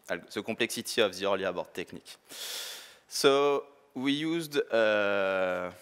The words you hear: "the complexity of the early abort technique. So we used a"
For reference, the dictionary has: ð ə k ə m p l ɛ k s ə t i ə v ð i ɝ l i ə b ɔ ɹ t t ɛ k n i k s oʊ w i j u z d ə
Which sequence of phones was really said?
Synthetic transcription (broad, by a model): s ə k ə p l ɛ k s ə t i ə v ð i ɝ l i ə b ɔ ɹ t t ɛ k n i k s oʊ w i j u z d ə